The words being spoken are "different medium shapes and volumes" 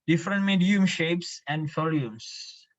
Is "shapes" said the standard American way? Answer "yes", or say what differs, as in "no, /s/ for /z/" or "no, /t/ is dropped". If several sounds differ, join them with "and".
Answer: yes